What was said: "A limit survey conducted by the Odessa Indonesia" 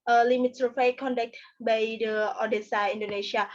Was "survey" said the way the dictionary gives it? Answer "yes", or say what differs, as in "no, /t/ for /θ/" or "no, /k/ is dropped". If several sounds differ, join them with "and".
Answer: no, /f/ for /v/